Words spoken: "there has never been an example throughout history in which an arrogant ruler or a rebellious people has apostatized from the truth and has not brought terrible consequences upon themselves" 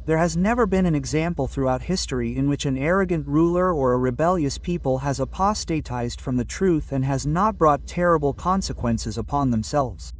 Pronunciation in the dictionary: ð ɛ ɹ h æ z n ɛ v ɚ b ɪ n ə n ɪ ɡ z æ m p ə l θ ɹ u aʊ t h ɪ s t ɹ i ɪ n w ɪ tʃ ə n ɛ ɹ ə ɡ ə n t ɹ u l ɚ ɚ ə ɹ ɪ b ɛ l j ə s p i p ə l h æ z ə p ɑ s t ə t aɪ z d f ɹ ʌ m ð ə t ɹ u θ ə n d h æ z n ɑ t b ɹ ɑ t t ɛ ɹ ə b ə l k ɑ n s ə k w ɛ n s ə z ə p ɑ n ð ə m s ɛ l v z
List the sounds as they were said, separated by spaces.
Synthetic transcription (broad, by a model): ð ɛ ɹ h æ z n ɛ v ɚ b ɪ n ə n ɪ ɡ z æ m p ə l θ ɹ u aʊ t h ɪ s t ɹ i ɪ n w ɪ tʃ ə n ɛ ɹ ə ɡ ə n t ɹ u l ɚ ɚ ə ɹ ɪ b ɛ l j ə s p i p ə l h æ z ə p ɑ s t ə t aɪ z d f ɹ ʌ m ð ə t ɹ u θ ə n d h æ z n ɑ t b ɹ ɑ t t ɛ ɹ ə b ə l k ɑ n s ə k w ɛ n s ə z ə p ɑ n ð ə m s ɛ l v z